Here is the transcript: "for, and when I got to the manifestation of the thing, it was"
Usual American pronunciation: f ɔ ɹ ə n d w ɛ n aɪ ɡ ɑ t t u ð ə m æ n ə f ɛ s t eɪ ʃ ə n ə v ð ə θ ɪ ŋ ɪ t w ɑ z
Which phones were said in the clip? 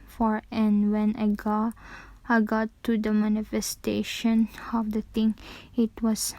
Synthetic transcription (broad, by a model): f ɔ ɹ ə n w ɛ n aɪ ɡ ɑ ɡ t u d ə m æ n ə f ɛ s t eɪ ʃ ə n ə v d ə t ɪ ŋ ɪ t w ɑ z